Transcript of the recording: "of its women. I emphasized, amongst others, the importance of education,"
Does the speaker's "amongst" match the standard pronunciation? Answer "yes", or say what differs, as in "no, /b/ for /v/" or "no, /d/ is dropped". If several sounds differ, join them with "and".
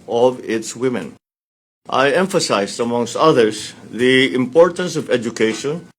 yes